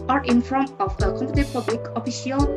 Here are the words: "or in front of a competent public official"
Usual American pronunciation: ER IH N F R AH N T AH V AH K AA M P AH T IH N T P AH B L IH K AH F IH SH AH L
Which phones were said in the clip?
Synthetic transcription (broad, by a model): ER IH N F R AH N T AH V AH K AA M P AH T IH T P AH B L IH K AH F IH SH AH L